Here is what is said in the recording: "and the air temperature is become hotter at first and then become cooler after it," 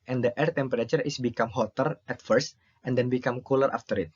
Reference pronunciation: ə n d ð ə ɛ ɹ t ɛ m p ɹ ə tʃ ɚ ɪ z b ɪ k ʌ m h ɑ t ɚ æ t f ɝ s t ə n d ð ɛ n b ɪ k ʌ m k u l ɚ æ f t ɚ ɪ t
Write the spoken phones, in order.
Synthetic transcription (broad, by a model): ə n d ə ɛ ɹ t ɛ m p ɹ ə tʃ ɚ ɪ s b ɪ k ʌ m h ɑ t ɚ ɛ t f ɝ s t ə n d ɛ n b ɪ k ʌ m k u l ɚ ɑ f t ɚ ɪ t